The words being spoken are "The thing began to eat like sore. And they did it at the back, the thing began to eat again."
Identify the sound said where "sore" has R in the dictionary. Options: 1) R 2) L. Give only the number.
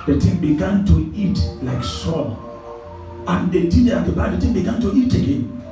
2